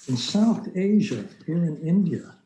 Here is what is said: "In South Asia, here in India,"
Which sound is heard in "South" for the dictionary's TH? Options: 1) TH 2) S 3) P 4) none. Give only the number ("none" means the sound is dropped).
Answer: 1